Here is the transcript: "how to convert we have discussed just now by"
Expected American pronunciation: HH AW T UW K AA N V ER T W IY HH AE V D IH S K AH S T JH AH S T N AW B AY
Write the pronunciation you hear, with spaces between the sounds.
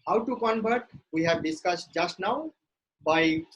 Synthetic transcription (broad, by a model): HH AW T UW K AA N B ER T W IY HH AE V D IH S K AH S T JH AH S T N AW B AY